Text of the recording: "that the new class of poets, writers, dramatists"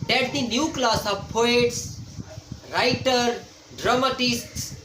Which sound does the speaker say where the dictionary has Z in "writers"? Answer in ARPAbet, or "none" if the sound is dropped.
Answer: none